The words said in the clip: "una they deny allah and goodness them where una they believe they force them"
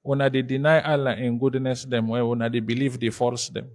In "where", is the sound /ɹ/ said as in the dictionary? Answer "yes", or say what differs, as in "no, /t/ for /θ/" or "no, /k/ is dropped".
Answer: no, /w/ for /ɹ/